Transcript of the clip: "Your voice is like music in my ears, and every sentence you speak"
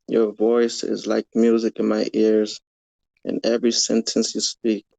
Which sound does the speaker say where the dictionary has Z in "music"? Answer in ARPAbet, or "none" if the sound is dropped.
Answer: Z